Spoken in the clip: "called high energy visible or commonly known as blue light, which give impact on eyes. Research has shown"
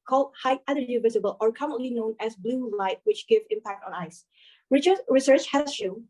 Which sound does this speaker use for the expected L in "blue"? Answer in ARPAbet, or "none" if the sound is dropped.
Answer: L